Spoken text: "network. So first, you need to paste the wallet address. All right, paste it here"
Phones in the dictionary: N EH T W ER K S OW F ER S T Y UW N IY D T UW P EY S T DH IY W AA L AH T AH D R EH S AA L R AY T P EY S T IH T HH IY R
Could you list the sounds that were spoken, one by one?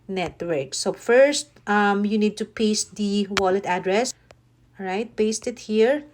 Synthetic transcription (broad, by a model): N EH T W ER K S OW F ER S T Y UW N IY D T UW P EY S T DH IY W AA L AH T AH D R EH S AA R AY T P EY S T IH T HH IY R